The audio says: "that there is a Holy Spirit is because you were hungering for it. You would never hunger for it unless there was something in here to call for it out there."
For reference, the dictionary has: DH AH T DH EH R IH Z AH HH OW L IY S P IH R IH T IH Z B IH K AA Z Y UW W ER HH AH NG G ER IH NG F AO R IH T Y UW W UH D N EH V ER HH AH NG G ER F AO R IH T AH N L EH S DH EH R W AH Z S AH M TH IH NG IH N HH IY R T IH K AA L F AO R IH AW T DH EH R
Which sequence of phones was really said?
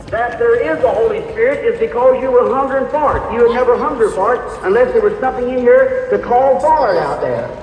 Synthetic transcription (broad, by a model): DH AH T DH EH R IH Z AH HH OW L IY S P IH R IH T IH Z B IH K AA Z Y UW W ER HH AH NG G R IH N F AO R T Y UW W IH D N EH V ER HH AH NG G ER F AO R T AH N L EH S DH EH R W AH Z S AH M TH IH NG IH N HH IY R T IH K AA L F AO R IH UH T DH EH R